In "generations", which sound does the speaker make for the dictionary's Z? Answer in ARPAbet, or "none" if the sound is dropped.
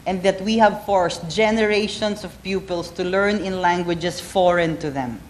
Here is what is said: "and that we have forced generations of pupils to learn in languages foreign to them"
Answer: S